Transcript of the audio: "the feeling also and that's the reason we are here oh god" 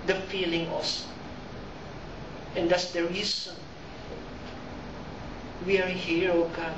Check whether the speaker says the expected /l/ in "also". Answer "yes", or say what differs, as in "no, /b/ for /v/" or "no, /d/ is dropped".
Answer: no, /l/ is dropped